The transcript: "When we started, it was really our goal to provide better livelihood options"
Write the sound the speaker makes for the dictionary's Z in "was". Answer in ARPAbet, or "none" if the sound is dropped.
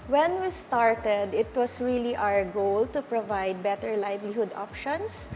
S